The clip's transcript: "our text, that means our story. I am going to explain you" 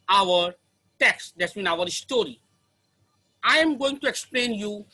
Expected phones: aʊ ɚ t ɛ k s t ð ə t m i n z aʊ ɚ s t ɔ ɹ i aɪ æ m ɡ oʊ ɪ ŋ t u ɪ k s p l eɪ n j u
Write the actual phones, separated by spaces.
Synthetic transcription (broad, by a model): aʊ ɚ t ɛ k s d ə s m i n aʊ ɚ s t ɔ ɹ i aɪ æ m ɡ oʊ ɪ ŋ t u ɪ k s p l eɪ n j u